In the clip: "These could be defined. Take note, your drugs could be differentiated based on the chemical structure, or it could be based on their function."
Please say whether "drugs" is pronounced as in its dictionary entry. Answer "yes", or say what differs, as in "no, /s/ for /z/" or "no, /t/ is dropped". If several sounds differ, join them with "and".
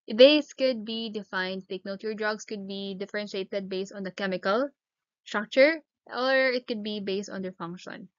no, /s/ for /z/